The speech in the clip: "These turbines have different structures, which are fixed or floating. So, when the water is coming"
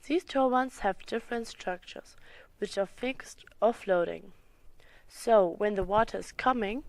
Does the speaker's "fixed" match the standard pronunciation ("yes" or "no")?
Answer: yes